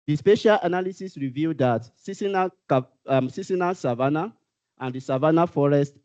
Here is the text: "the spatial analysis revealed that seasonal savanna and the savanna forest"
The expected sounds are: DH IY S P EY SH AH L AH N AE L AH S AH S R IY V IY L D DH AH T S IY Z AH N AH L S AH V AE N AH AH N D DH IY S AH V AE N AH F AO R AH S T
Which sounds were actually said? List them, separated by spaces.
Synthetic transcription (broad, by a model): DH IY S P EY SH AH L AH N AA L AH S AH S R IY V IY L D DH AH T S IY S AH N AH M S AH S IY N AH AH N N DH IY S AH V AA N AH F AO R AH S T